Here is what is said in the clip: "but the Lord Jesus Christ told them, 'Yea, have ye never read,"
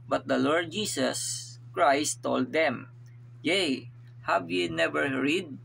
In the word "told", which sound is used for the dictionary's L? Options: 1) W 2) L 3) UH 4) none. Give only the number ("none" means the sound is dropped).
2